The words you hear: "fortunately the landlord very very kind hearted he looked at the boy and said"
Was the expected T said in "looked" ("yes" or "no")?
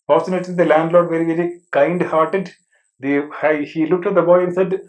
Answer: yes